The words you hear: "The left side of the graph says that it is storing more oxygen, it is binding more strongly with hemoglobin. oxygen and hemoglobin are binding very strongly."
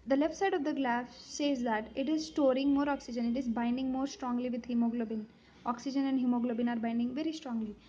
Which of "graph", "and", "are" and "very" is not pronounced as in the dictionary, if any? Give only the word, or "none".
graph